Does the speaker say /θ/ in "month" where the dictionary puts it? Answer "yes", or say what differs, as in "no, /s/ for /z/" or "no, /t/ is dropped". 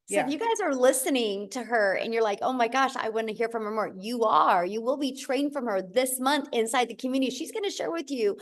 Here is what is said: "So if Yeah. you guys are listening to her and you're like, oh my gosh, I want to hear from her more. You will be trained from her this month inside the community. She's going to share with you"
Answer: yes